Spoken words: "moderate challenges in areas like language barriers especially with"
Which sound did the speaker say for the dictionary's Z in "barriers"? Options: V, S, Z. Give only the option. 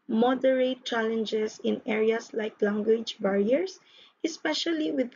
S